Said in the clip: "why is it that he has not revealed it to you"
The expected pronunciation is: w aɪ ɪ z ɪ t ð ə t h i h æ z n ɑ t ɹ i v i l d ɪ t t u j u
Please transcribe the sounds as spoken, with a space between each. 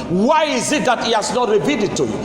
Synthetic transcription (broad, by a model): w aɪ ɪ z ɪ t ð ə t h i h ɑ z n ɑ t ɹ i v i d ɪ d t u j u